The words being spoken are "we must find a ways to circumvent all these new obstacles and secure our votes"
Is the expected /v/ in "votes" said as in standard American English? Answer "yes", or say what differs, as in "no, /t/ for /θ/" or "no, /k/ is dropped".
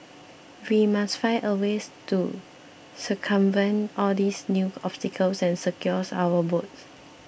no, /b/ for /v/